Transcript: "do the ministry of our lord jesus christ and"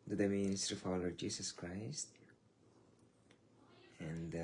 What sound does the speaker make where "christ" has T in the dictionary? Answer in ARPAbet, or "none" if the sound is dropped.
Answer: T